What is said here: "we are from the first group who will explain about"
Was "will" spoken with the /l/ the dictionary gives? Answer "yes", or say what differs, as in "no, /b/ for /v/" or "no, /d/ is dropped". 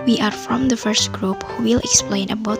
yes